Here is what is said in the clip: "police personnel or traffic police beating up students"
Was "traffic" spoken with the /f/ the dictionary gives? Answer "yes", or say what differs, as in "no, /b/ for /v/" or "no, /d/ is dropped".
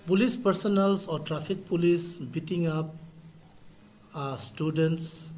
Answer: no, /p/ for /f/